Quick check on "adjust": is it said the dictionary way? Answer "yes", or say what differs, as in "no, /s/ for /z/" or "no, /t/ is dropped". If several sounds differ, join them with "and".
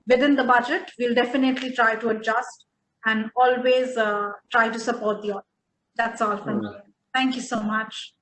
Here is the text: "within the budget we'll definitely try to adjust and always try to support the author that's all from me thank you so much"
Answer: yes